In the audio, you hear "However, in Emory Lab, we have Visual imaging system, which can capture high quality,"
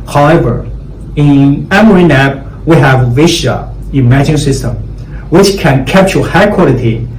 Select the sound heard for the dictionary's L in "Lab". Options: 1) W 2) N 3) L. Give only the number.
2